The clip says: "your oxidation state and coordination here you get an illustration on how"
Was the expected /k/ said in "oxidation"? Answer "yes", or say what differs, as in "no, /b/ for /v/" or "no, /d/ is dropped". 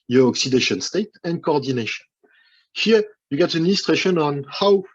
yes